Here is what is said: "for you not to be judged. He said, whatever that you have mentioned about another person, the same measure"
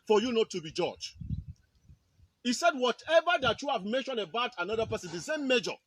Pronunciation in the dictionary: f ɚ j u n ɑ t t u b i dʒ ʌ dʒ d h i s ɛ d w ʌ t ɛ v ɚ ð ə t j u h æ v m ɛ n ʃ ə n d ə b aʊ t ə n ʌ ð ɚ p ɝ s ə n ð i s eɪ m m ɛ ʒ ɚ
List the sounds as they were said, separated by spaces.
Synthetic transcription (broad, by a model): f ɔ j u n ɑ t t u b i dʒ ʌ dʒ h i s ɛ d w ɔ t ɛ v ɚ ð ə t j u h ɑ v m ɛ n ʃ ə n ə b aʊ t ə n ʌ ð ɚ p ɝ s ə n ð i s eɪ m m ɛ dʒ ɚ